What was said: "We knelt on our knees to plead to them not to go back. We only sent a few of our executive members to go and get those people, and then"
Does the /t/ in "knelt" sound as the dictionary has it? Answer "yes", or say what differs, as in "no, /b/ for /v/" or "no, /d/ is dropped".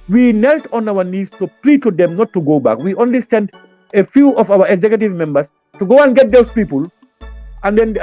yes